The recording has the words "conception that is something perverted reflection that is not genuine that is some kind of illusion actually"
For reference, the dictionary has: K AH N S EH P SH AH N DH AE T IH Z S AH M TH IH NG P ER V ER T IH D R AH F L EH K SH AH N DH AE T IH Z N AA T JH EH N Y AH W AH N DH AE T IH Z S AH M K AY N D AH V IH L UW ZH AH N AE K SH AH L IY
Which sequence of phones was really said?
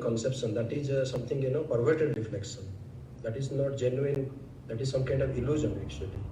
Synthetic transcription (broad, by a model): K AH N S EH P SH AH N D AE T IH Z S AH M T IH NG P ER V ER T IH D R AH F L EH K SH AH N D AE T IH Z N AA T JH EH N Y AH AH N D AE T IH Z S AH M K AY N D AH V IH L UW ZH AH N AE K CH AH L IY